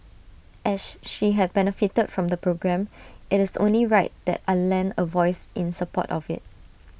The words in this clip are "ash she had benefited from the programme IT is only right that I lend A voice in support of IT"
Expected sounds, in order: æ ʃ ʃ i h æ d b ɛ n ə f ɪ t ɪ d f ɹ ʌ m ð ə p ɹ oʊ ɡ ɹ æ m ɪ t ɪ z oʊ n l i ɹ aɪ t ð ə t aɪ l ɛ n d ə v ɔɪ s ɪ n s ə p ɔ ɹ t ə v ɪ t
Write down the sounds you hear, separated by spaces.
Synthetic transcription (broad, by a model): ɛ s ʃ i h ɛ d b ɛ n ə f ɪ t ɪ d f ɹ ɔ m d ə p ɹ oʊ ɡ ɹ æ m ɪ t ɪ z oʊ n l i ɹ aɪ t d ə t aɪ l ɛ n ə v ɔɪ s ɪ n s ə p ɔ t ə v ɪ t